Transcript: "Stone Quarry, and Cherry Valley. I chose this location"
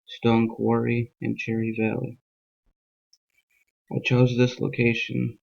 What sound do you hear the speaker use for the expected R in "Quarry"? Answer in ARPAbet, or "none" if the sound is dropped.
R